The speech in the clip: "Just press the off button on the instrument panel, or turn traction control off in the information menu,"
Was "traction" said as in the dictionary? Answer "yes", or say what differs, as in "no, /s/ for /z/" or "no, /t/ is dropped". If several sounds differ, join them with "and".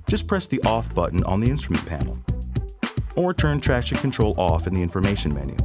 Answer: no, /k/ is dropped